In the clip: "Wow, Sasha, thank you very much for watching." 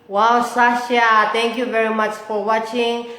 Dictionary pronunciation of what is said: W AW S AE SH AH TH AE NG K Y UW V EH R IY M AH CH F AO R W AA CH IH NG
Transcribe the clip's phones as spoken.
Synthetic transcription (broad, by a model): W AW S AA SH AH T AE NG K Y UW V EH R IY M AH CH F AO R W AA CH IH NG